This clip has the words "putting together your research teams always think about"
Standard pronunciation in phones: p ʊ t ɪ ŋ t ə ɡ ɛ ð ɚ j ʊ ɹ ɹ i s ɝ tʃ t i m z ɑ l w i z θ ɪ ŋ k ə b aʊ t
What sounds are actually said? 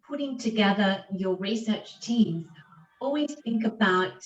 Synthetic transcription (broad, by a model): p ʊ t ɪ ŋ t ə ɡ ɛ ð ɚ j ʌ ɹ ɹ i s ɝ tʃ t i m z ɑ l w i z θ ɪ ŋ k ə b aʊ t